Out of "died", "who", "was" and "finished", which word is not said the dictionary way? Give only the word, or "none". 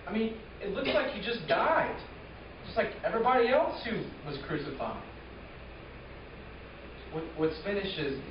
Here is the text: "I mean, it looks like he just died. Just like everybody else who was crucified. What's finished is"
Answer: finished